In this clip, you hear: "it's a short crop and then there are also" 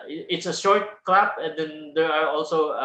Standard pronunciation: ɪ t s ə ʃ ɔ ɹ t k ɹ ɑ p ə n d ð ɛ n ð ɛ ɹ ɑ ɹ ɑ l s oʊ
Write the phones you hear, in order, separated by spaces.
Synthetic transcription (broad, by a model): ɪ t s ə ʃ ɔ ɹ t k l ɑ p ə n d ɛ n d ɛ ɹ ɑ ɹ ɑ l s oʊ